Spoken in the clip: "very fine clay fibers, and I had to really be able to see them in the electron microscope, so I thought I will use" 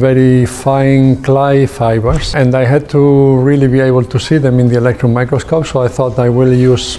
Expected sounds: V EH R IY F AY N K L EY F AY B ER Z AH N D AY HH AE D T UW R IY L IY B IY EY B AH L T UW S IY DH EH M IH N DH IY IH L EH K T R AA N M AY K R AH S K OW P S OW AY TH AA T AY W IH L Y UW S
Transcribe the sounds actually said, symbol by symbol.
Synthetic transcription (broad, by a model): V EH R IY F AY N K L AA F AY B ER S AH N D AY HH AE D T UW R IY L IY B IY EY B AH L T UW S IY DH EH M IH N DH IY IH L EH K T R AA N M AY K R AH S K OW P S OW AY TH AA T AY W IH L Y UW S